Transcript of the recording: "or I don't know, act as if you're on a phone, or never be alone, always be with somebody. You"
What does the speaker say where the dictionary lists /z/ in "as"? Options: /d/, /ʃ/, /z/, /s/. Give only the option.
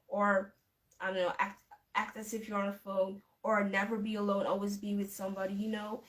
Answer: /s/